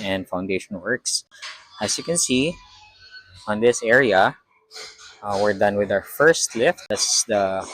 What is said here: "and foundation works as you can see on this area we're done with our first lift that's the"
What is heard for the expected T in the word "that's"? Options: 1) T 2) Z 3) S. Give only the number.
3